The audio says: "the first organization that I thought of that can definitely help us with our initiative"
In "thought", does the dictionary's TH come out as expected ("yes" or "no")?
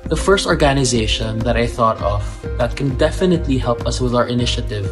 yes